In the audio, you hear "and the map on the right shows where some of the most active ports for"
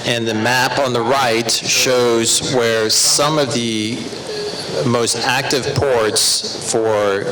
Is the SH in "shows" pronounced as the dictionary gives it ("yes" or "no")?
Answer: yes